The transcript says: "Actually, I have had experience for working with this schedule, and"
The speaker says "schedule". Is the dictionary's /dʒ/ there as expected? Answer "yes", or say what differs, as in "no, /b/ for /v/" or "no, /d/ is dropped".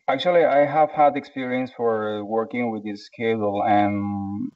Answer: no, /dʒ/ is dropped